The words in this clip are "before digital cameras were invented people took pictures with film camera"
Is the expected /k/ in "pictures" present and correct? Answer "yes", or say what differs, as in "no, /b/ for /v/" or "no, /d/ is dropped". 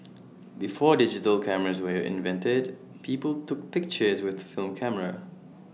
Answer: yes